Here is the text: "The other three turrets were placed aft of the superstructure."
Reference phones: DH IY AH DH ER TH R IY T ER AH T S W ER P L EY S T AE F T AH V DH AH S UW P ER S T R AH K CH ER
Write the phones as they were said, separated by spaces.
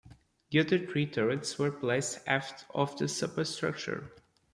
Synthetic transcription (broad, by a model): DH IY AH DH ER T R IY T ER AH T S W ER P L EY S T AE F T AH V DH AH S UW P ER S T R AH K CH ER